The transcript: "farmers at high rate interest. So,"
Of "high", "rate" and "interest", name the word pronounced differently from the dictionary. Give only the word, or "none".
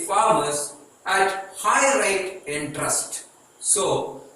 none